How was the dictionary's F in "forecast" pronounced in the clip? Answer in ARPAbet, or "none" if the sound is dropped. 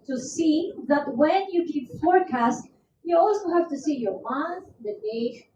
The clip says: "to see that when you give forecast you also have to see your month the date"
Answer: F